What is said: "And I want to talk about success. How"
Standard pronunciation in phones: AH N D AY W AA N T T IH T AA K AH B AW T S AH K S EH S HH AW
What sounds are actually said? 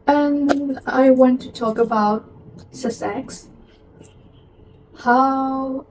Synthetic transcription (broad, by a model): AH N AY W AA N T T IH T AA K AH B AW T S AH S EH S HH AW